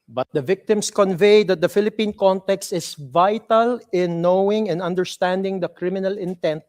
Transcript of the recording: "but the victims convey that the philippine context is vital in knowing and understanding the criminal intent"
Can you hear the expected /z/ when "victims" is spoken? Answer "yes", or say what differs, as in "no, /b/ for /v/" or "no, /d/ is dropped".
no, /s/ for /z/